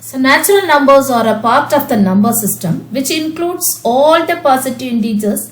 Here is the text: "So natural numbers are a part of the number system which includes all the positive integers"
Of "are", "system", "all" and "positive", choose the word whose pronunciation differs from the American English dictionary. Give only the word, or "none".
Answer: positive